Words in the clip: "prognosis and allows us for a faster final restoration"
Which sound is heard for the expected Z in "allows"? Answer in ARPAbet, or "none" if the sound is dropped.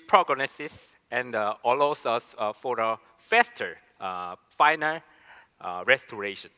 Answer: S